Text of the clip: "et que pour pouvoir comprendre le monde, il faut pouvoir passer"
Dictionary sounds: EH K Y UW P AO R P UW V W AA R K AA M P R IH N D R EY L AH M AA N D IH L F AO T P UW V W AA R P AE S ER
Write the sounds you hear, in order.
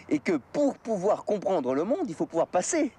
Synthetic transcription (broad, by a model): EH K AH P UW R P UW V W AA R K AA P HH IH D R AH L AH M AA D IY L F AO P UW V W AA R P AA S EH